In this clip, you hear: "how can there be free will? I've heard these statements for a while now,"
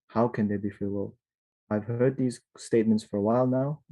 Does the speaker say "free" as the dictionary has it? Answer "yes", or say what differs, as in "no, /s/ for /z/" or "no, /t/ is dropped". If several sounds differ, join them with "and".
no, /ɹ/ is dropped